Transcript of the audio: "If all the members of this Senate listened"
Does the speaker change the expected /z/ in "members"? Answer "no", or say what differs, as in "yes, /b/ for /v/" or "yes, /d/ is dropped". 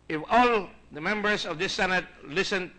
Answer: yes, /s/ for /z/